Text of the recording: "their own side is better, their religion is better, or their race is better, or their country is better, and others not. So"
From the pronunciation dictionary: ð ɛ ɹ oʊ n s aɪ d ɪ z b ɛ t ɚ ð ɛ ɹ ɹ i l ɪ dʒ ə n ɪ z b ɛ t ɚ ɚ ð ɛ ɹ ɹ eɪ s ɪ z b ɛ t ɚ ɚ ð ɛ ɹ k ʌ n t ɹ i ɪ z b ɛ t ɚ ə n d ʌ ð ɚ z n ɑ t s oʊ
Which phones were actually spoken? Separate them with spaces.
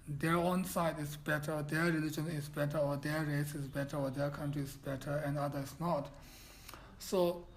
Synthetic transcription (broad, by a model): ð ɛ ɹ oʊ n s aɪ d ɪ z b ɛ t ɚ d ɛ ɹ ɹ i l ɪ dʒ ə n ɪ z b ɛ t ɚ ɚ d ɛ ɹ ɹ eɪ s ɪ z b ɛ t ɚ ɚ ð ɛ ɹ k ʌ n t ɹ i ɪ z b ɛ t ɚ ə n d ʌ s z n ɑ t s oʊ